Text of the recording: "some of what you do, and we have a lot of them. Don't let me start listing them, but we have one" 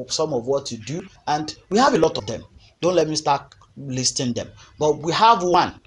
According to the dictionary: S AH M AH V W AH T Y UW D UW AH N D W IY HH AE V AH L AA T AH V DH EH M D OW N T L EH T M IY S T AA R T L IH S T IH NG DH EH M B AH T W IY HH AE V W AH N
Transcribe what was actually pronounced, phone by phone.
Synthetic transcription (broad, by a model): S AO M AH V W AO T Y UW D UW AH N D W IY HH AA V AH L AA T AH V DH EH M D OW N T L EH T M IY S T AA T L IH S T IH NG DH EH M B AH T W IY HH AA V W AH N